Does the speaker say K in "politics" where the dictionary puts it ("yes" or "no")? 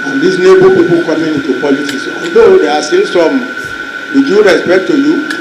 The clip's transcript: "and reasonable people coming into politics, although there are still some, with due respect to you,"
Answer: no